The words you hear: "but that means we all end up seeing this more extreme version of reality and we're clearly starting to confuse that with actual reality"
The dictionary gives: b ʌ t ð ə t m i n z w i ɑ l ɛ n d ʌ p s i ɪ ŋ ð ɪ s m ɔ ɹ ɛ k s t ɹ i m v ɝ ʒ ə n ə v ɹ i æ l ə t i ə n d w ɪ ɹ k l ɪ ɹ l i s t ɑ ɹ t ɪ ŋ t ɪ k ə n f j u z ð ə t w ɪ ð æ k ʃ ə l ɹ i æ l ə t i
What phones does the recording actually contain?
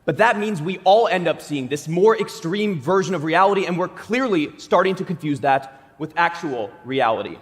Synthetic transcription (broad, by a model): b ʌ t ð ə t m i n z w i ɑ l ɛ n d ʌ p s i ɪ ŋ ð ɪ s m ɔ ɹ ɛ k s t ɹ i m v ɝ ʒ ə n ə v ɹ i æ l ə t i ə n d w ɪ ɹ k l ɪ ɹ l i s t ɑ ɹ t ɪ ŋ t ɪ k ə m f j u z ð ə t w ɪ ð æ k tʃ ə l ɹ i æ l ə t i